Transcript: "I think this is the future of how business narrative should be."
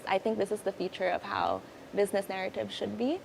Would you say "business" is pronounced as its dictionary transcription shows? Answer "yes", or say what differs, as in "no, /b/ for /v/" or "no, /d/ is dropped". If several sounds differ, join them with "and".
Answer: yes